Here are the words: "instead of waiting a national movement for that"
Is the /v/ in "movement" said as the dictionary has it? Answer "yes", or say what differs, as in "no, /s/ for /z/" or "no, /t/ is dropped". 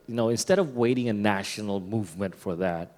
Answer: yes